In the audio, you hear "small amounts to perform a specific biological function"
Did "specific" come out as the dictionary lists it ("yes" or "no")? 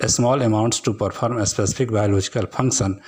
no